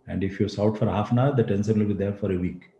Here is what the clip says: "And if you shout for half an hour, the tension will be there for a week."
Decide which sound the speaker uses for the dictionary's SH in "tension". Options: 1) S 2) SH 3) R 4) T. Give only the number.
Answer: 1